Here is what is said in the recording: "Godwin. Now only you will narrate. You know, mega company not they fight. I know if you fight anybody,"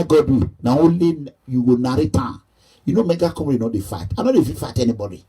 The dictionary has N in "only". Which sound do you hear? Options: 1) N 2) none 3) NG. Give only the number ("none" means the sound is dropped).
2